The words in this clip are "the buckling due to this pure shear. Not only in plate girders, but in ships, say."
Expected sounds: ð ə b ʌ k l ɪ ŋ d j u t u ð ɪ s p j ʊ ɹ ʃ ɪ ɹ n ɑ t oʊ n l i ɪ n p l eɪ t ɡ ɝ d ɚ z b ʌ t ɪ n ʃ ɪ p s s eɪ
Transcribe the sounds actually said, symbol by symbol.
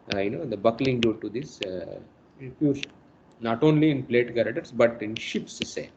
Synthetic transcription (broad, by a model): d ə b ʌ k l ɪ ŋ d j u t u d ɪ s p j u ɹ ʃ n n ɑ t oʊ n l i ɪ n p l eɪ t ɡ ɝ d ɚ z b ʌ t ɪ n ʃ ɪ p s s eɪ